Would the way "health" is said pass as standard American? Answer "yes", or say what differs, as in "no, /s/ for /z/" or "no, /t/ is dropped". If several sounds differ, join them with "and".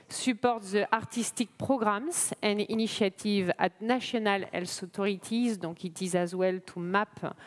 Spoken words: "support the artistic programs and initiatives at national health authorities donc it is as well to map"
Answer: no, /s/ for /θ/